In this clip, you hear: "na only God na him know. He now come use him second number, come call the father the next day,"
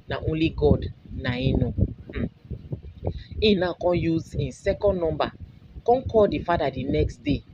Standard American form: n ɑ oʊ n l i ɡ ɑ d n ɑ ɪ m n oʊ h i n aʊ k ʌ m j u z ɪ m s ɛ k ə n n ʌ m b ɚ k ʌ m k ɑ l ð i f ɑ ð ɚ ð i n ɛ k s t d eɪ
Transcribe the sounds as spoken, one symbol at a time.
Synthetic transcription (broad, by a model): n ɑ oʊ n l i ɡ ɑ d n ɑ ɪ n oʊ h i n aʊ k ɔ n j u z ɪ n s ɛ k ə n n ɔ m b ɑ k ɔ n k ɑ l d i f ɑ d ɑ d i n ɛ k s t d eɪ